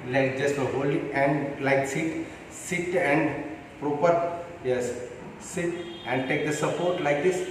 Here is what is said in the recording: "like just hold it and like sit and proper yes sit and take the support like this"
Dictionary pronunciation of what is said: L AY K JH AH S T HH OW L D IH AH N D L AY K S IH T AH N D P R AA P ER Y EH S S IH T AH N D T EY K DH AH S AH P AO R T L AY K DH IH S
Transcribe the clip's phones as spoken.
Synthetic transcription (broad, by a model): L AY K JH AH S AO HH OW L IH AH N D L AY K S IH T AH N D P R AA P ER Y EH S S IH T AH N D T EY K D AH S AH P AO R T L AY K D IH S